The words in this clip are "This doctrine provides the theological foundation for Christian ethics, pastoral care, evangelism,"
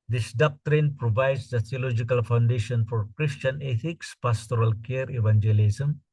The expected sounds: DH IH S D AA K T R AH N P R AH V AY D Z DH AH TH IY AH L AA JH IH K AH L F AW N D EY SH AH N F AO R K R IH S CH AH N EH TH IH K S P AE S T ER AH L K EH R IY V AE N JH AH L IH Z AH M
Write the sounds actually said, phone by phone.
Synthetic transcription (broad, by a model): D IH S D AA K T R AH N P R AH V AY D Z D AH S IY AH L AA JH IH K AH L F AW N D EY SH AH N F AO R K R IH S CH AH N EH T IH K S P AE S T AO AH L K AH R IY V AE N JH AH L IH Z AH M